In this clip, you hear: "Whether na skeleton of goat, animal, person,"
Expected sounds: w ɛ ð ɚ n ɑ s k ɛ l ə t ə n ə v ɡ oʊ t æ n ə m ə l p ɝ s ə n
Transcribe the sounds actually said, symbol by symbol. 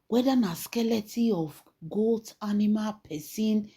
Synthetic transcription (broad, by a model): w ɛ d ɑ n ɑ s k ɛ l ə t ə ə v ɡ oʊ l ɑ n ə m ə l p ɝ s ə n